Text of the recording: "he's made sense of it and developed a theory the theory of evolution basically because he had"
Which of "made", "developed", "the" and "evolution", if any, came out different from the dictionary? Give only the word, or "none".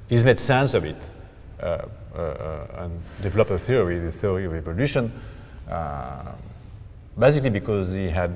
developed